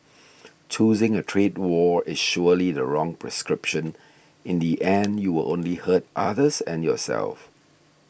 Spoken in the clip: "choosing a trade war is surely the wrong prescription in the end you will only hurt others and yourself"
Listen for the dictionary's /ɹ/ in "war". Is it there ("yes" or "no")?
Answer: yes